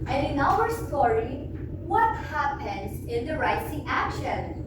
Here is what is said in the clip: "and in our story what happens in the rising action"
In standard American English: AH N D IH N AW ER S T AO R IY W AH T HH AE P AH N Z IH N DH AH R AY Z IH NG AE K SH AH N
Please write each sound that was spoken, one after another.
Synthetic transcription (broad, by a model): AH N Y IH N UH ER S T AO R IY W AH T HH AE P AH N Z IH N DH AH R AY S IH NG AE K SH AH N